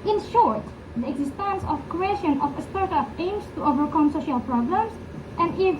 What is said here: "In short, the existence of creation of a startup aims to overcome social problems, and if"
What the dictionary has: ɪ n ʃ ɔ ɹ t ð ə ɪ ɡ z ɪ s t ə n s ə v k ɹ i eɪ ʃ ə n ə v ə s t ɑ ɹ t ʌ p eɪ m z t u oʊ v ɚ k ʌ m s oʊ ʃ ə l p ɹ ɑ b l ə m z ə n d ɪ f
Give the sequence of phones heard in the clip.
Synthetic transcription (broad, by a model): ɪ n ʃ ɔ ɹ t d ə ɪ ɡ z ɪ s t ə n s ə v k ɹ i eɪ ʃ ə n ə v ə s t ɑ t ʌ f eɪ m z t u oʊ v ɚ k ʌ m s oʊ ʃ ə l p ɹ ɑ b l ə m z ə n d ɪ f